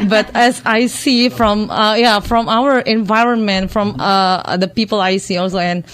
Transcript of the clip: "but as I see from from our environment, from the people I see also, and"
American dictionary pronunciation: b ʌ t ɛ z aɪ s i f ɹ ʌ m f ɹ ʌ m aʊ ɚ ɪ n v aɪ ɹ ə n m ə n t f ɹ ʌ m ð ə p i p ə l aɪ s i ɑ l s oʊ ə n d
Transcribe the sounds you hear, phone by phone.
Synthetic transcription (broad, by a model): b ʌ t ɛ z aɪ s i f ɹ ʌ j f ɹ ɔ m aʊ ɚ ɪ n v aɪ ɹ ə n m ə n t f ɹ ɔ m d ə p i p ə l aɪ s i ɑ l s oʊ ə n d